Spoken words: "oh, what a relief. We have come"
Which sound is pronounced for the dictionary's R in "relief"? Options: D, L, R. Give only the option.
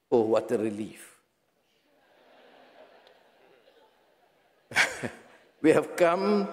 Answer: R